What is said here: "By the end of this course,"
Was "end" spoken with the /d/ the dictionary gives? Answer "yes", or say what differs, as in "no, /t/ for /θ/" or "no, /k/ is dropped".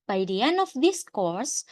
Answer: no, /d/ is dropped